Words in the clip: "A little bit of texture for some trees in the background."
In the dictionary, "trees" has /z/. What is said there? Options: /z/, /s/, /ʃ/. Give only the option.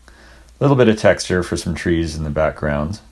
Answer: /z/